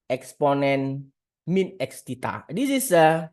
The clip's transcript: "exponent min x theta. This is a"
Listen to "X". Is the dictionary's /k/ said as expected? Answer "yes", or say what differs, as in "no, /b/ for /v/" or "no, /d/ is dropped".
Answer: yes